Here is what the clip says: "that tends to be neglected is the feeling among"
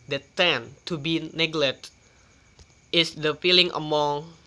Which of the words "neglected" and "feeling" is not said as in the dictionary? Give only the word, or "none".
neglected